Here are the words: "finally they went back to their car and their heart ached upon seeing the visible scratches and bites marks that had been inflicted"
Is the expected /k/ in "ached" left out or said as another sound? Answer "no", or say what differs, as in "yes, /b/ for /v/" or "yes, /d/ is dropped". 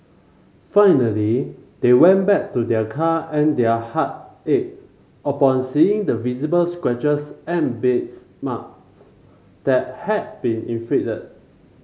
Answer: yes, /k/ is dropped